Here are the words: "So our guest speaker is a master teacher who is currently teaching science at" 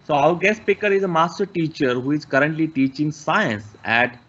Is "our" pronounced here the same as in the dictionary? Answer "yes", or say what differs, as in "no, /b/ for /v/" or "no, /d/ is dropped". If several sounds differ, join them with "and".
no, /w/ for /ɹ/